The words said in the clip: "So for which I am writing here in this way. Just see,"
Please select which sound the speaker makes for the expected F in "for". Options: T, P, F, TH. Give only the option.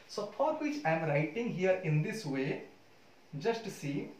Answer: P